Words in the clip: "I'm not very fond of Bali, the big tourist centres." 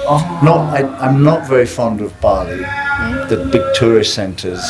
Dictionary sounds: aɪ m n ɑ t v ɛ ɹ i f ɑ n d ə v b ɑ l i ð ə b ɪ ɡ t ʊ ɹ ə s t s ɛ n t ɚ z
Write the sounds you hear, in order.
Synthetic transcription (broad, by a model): aɪ m n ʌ t v ɛ ɹ i f ɑ n d ə v b ɑ l i ð ə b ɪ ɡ t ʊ ɹ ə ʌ s ɛ n t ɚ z